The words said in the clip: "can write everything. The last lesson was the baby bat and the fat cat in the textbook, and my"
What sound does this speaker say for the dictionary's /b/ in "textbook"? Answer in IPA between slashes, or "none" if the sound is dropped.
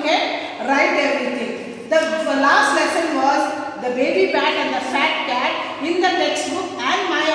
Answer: none